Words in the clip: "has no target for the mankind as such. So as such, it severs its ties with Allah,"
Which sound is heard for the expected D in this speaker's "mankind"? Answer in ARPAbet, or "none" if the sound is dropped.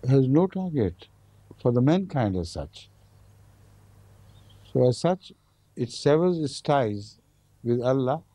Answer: D